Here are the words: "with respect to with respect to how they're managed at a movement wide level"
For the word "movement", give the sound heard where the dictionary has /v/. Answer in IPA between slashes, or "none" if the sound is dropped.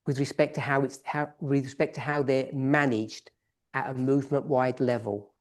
/v/